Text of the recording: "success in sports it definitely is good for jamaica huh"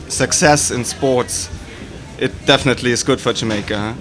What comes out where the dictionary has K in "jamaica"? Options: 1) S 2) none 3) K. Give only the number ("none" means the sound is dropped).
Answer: 2